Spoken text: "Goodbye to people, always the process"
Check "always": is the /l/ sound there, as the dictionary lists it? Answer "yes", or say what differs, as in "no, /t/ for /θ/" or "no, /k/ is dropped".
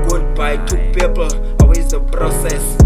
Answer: no, /l/ is dropped